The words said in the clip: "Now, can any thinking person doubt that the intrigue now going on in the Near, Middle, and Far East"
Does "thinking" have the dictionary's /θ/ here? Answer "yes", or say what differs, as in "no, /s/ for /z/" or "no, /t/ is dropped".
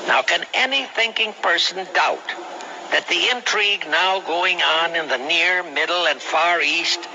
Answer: yes